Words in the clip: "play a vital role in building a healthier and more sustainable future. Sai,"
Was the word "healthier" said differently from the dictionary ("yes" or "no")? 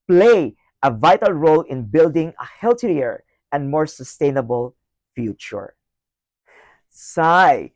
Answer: yes